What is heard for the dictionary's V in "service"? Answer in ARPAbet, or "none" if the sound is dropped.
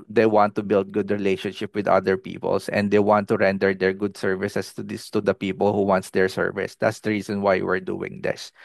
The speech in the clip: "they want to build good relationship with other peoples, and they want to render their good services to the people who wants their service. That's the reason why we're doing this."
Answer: V